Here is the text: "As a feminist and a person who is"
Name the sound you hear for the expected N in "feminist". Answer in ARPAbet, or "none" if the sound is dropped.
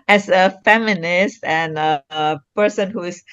N